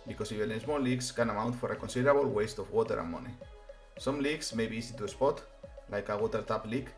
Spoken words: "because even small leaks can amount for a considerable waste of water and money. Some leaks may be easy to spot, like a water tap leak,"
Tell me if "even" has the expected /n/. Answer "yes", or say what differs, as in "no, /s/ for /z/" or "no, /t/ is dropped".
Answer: no, /l/ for /n/